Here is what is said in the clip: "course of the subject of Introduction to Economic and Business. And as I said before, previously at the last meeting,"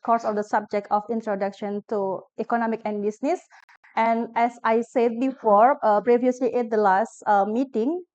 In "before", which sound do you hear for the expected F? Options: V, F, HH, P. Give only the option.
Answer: F